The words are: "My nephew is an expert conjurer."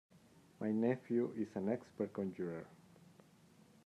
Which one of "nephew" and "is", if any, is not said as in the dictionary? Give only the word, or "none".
is